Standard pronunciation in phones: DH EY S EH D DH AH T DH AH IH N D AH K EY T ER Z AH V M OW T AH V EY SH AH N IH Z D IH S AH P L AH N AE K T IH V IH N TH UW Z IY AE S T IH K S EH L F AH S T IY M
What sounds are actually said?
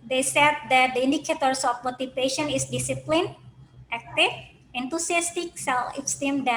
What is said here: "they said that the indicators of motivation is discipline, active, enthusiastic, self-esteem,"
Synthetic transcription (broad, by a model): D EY S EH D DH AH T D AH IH N D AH K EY T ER S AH F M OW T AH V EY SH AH N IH S D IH S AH P L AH N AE K T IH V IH N T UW S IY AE S T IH K S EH L AH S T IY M